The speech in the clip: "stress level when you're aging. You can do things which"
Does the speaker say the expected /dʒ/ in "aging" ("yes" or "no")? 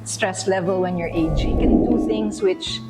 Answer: no